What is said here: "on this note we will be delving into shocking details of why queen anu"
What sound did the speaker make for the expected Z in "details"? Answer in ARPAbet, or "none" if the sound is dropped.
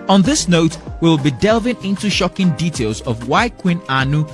Z